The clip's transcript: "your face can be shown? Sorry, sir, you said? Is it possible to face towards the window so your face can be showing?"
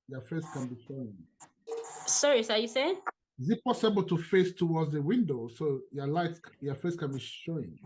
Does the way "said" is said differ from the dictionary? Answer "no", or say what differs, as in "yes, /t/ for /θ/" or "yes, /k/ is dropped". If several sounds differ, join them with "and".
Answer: yes, /d/ is dropped